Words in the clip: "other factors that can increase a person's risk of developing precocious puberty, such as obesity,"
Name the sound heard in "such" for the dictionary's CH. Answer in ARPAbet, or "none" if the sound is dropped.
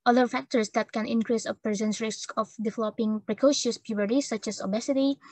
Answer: CH